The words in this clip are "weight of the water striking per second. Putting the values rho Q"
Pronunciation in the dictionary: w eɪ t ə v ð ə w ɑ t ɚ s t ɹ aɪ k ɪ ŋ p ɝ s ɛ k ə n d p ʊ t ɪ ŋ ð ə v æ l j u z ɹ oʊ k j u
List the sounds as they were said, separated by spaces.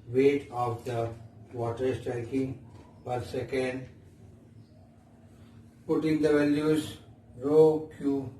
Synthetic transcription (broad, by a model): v eɪ t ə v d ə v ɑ t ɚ s t ɹ aɪ k ɪ ŋ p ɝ s ɛ k ə n d p ʊ t ɪ ŋ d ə v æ l j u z ɹ oʊ k j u